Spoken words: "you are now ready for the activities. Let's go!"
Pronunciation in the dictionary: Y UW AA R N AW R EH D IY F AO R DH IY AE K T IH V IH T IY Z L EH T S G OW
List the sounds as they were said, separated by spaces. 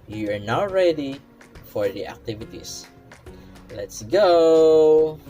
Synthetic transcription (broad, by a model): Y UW AA R N AW R EH D IY F AO R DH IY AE K T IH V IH T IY S L EH T S G OW